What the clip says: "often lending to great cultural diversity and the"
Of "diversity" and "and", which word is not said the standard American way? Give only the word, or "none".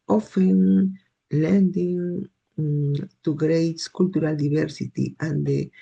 diversity